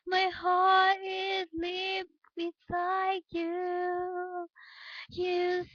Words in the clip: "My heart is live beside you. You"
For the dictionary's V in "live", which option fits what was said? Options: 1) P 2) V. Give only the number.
1